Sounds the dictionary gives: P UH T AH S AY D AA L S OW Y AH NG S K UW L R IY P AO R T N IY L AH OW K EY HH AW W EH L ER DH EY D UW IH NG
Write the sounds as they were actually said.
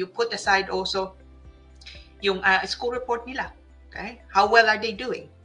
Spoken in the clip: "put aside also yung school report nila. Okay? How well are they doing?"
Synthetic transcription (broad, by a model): P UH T AH S AY D AA L S OW Y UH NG S K UW L R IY P AO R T N IY L AH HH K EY HH AW W EH L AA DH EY D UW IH NG